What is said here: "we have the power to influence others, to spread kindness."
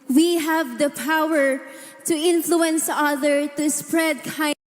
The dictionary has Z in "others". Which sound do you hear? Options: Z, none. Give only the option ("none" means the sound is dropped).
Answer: none